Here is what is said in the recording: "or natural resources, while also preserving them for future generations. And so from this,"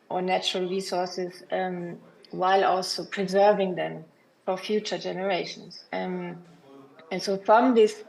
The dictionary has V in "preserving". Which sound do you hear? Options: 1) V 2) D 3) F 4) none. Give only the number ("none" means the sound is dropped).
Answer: 1